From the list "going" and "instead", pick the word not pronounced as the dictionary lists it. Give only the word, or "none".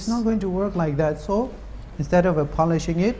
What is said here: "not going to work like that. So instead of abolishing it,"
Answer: none